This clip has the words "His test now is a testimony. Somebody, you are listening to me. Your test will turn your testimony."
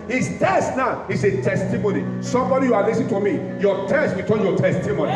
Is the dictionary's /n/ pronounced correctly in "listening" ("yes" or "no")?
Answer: no